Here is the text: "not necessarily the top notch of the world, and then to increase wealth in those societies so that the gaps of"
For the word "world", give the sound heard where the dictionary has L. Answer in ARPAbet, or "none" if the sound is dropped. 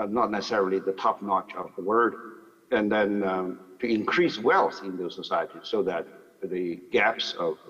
none